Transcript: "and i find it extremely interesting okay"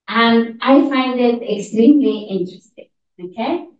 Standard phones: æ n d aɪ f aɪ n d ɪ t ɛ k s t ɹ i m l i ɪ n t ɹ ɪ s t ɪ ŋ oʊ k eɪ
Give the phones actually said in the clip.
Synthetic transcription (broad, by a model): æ n d aɪ f aɪ n d ɪ t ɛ k s t ɹ i m l i ɪ n t ɹ ɪ s t ɪ ŋ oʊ k eɪ